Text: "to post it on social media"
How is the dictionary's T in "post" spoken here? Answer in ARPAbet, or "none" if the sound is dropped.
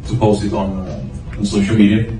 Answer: none